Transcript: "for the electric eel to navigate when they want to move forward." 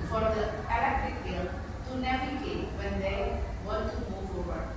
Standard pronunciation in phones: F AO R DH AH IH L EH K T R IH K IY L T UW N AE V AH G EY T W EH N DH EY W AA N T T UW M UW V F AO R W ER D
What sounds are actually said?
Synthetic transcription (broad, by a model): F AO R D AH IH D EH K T IH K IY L T UW N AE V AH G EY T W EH N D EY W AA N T T UW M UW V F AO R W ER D